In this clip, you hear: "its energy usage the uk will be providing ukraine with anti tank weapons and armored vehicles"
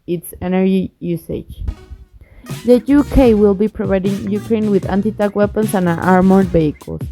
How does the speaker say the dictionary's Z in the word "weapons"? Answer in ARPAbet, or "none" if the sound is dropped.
S